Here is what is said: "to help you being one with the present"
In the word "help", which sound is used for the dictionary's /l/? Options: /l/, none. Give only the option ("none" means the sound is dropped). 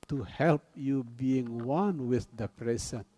/l/